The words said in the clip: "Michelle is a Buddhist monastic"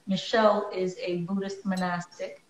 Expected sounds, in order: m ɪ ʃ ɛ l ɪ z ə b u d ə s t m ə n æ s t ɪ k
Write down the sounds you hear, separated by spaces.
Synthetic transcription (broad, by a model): m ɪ ʃ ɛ l ɪ z ə b u d ə s t m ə n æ s t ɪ k